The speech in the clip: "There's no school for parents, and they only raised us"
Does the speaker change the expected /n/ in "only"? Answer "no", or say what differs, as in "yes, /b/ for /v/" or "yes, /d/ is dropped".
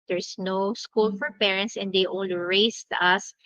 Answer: yes, /n/ is dropped